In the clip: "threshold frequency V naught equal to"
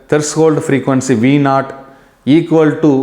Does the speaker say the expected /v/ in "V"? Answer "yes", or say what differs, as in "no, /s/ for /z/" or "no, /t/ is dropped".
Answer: yes